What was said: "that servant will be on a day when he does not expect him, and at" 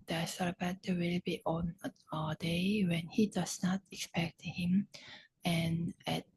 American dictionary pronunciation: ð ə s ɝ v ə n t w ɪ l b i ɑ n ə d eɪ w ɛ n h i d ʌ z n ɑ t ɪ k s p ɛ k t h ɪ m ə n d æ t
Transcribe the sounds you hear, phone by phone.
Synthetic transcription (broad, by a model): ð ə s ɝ b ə t w ɪ l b i ɑ n ə d eɪ w ɛ n h i d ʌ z n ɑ t ɪ k s p ɛ k t h ɪ m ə n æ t